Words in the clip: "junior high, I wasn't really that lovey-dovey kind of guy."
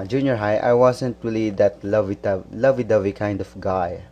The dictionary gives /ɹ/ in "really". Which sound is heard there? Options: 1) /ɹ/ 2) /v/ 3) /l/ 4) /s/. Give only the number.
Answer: 3